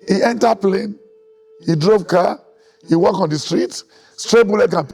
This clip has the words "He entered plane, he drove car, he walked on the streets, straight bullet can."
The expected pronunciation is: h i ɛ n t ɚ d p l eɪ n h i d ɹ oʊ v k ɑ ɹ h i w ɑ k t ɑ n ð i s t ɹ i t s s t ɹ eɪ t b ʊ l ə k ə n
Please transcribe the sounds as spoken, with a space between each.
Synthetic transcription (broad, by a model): h i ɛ n t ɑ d p l eɪ n h i d ɹ oʊ v k ɑ h i w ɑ k ɑ n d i s t ɹ i t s s t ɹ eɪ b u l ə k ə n